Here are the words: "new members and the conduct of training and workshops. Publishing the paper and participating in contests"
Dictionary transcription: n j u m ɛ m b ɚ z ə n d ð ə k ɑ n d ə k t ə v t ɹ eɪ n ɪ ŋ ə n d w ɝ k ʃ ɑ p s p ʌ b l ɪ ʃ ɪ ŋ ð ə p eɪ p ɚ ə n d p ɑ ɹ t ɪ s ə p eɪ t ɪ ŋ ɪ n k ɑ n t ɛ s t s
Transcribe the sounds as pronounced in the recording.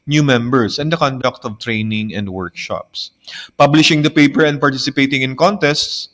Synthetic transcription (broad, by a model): n j u m ɛ m b ɚ s ə n d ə k ɑ n d ə k t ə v t ɹ eɪ n ɪ ŋ ə n d w ɝ k ʃ ɑ p s p ʌ b l ɪ ʃ ɪ ŋ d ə p eɪ p ɚ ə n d p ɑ ɹ t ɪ s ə p eɪ t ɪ ŋ ɪ n k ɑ n t ɛ s t s